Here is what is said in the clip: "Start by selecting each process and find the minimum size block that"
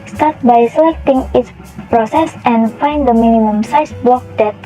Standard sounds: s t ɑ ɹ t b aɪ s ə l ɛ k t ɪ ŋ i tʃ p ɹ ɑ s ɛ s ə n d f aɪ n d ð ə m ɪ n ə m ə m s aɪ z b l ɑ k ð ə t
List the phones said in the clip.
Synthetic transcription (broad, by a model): s t ɑ ɹ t b aɪ s ə l ɛ k t ɪ ŋ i s p ɹ ɑ s ɛ s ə n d f aɪ n d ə m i n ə m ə m s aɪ s b l ɑ k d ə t